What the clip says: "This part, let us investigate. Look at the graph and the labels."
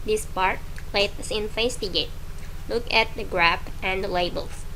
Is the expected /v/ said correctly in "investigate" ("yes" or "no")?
no